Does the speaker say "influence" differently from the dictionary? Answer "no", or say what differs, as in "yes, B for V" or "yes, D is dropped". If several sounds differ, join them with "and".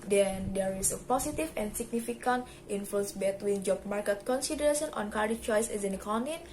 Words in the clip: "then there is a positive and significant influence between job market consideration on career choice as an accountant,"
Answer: yes, L is dropped